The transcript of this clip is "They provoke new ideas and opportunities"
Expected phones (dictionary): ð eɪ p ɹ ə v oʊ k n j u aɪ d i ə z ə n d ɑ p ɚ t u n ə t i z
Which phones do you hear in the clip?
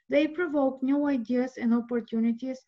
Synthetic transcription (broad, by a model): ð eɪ p ɹ ə v oʊ k n j u aɪ d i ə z ə n d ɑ p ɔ t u n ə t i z